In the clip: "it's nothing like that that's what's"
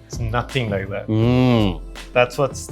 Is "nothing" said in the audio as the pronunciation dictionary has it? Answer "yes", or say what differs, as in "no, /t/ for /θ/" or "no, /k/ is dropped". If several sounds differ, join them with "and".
yes